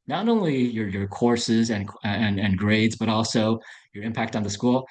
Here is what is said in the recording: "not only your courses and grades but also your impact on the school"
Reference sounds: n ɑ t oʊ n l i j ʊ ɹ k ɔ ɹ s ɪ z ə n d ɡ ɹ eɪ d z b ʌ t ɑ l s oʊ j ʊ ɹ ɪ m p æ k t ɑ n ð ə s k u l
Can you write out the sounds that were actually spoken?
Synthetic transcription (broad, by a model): n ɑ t oʊ n l i j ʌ ɹ k ɔ ɹ s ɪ z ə n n ɡ ɹ eɪ d z b ʌ t ɑ l s oʊ j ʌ ɹ ɪ m p æ k t n ð ə s k u l